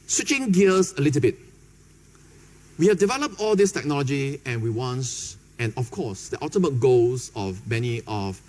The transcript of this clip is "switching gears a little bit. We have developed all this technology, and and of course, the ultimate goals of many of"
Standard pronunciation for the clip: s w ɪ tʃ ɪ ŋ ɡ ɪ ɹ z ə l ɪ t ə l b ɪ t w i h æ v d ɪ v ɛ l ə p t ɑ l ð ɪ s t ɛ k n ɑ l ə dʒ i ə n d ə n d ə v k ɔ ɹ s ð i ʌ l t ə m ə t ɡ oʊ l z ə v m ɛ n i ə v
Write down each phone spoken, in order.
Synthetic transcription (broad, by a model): s w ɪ tʃ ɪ ŋ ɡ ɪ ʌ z ə l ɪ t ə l b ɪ t w i h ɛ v d ɪ v ɛ l ə p t ɑ l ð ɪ s t ɛ k n ɑ l ə dʒ i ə n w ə n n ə f k ɔ s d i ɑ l t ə m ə t ɡ oʊ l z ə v m ɛ n i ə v